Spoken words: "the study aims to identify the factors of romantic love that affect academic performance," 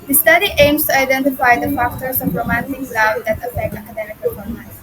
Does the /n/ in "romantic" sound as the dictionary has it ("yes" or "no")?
yes